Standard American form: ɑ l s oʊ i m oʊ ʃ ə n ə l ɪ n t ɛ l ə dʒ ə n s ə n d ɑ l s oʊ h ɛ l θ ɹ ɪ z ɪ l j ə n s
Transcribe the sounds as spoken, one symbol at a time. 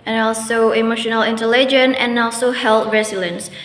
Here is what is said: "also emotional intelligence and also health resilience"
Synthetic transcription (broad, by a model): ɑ l s oʊ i m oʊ ʃ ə n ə l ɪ n t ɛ l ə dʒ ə n ə n ɑ l s oʊ h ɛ l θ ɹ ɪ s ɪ l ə n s